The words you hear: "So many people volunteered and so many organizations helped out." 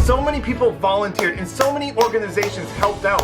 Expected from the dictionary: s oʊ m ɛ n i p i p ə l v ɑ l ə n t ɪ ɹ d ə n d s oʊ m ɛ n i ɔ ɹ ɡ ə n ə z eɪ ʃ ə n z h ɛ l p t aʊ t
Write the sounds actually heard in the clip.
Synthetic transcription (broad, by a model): s oʊ m ɛ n i p i p l v ɑ l ə n t ɪ ɹ d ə n s oʊ m ɛ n i ɔ ɹ ɡ ə n ə z eɪ ʃ ə n z h ɛ l p t aʊ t